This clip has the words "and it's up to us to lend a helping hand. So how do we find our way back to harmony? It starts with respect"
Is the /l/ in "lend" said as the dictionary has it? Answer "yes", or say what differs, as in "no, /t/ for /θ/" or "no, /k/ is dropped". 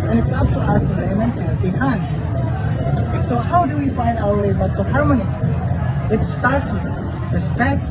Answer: no, /n/ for /l/